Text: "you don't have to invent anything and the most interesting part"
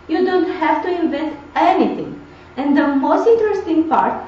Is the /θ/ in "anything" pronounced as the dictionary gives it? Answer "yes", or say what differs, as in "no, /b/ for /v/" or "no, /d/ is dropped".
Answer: no, /t/ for /θ/